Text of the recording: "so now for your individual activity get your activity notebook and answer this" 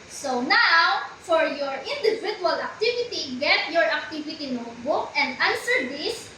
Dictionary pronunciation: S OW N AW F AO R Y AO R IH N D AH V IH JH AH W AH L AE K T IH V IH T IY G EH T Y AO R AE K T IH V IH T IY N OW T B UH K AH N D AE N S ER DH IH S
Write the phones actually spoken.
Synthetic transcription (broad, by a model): S OW N AW F AO R Y AO R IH N D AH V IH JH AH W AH L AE K T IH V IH T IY G EH T Y AO R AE K T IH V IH T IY N OW T B UH K AH N D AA N S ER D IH S